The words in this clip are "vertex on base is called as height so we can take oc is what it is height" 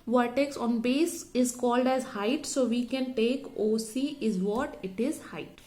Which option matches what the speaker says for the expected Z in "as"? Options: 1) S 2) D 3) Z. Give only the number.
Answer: 3